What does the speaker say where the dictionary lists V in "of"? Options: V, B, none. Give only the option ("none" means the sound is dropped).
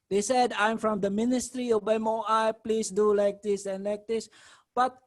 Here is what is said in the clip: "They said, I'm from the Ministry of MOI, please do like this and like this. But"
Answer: B